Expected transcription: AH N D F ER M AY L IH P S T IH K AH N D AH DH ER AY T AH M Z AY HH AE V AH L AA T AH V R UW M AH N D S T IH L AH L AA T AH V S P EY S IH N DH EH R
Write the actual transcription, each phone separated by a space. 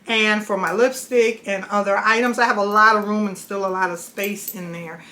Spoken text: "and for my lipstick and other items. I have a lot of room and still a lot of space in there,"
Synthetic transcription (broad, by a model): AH N F ER M AY L IH P S T IH K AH N AH DH ER AY T AH M Z AY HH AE V AH L AA T AH V R UW M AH N S T IH L AH L AA T AH V S P EY S IH N DH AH R